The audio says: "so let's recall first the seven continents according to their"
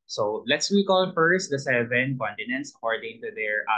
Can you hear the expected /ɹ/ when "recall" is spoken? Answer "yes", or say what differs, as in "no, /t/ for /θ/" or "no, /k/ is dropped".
no, /w/ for /ɹ/